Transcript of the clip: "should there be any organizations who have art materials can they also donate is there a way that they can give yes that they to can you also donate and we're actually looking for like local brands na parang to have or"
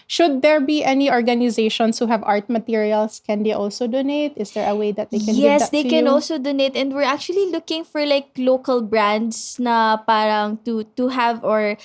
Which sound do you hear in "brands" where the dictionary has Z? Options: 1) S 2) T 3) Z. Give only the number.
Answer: 1